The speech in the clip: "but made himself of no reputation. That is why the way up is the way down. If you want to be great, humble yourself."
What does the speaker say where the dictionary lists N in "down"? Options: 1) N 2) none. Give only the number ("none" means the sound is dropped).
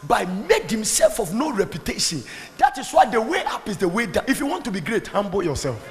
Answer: 2